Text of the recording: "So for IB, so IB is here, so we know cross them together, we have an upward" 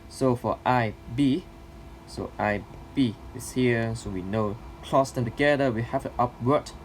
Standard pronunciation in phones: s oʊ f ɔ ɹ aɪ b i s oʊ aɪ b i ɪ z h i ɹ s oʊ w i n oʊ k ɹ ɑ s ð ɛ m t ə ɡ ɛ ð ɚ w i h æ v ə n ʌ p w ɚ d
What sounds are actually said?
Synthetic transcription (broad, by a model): s oʊ f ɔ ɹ aɪ b i s oʊ aɪ b i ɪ s h i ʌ s oʊ w i n oʊ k l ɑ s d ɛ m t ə ɡ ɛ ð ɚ w i h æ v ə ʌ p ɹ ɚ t